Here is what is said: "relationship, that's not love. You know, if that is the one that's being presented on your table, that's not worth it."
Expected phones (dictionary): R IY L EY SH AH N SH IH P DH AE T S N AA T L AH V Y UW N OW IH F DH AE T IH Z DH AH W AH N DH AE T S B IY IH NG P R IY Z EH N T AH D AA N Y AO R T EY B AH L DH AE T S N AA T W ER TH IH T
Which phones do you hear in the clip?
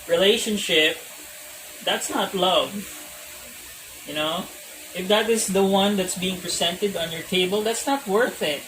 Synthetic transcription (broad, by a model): R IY L EY SH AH N SH IH P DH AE T S N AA T L AH V Y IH N OW IH F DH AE T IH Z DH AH W AH N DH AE T S B IY IH NG P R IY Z EH N T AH D AA N Y AO R T EY B AH L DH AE T S N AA T W ER TH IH T